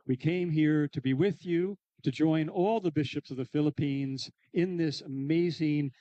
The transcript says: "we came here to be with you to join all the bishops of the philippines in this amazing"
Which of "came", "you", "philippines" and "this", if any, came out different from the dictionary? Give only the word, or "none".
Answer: none